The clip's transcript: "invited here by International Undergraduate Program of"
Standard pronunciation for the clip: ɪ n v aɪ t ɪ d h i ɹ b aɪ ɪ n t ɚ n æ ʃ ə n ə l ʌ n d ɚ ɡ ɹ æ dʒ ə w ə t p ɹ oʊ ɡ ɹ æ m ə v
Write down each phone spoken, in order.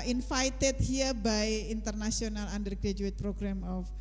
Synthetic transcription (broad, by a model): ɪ n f aɪ t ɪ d h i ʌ b aɪ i n t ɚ n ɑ s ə n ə l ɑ n d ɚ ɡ ɹ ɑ dʒ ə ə t p ɹ oʊ ɡ ɹ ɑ m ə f